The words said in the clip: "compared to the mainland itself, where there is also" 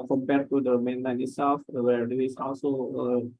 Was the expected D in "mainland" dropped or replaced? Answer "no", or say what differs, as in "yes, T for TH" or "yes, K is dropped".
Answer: yes, D is dropped